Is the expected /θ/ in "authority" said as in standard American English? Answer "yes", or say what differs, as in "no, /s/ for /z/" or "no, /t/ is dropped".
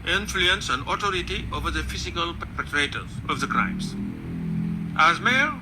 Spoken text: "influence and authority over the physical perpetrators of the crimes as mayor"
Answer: no, /t/ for /θ/